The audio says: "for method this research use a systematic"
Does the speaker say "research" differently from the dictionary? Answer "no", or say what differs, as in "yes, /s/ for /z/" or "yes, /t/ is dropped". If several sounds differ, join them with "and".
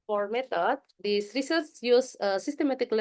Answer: yes, /s/ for /tʃ/